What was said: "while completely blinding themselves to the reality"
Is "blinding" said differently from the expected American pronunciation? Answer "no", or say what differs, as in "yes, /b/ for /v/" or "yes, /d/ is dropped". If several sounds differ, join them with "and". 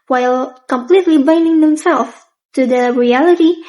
yes, /l/ is dropped